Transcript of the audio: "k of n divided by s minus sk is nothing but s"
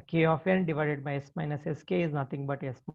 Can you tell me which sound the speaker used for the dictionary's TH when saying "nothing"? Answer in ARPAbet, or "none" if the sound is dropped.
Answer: T